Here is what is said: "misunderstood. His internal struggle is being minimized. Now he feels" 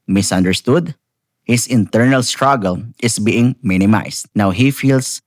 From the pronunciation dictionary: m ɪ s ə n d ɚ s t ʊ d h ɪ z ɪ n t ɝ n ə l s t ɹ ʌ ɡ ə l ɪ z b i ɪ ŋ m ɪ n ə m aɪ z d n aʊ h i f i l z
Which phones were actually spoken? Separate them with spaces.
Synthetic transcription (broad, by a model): m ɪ s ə n d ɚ s t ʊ d h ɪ s ɪ n t ɝ n ə l s t ɹ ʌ ɡ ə l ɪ s b i ɪ ŋ m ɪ n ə m aɪ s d n aʊ h i f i l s